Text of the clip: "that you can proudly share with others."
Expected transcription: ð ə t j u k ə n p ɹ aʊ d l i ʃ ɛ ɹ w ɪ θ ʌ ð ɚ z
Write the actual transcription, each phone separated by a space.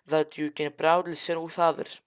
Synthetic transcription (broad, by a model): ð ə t j u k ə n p ɹ aʊ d l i s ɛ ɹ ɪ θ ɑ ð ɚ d